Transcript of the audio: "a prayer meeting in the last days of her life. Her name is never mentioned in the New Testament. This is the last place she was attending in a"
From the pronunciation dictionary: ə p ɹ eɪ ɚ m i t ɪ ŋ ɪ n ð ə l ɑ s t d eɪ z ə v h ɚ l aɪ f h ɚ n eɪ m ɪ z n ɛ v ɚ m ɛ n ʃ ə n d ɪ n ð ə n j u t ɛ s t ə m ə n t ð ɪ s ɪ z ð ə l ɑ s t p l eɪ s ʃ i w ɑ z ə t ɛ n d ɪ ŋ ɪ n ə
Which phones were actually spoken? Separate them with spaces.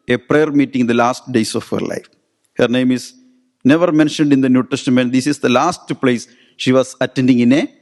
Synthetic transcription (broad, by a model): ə p ɹ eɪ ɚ m i t ɪ ŋ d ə l ɑ s t d eɪ s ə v h ɚ l aɪ f h ɚ n eɪ m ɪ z n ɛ v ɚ m ɛ n ʃ ə n d ɪ n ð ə n j u t ɛ s t ə m ə n t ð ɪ s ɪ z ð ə l ɑ s t p l eɪ s ʃ i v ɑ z ə t ɛ n d ɪ ŋ ɪ n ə